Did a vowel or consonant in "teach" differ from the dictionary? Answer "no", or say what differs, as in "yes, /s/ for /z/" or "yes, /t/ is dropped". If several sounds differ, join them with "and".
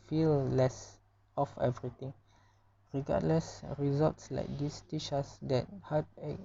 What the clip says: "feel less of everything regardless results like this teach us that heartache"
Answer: yes, /ʃ/ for /tʃ/